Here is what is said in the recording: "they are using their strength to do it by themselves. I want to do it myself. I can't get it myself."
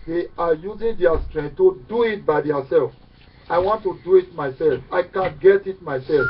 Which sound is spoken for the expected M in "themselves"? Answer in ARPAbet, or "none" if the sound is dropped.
none